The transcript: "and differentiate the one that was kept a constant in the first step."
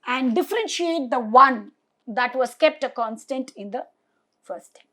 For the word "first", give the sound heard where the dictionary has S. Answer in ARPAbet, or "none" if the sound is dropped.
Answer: none